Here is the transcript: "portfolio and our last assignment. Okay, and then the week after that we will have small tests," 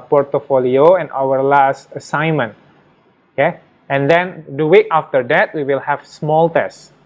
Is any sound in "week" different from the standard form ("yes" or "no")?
yes